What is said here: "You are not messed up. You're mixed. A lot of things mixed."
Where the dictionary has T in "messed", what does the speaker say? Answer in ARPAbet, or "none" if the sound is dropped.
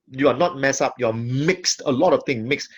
none